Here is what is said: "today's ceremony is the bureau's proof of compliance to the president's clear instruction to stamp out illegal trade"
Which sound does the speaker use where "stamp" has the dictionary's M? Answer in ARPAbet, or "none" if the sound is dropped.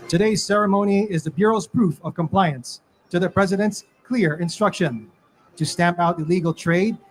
M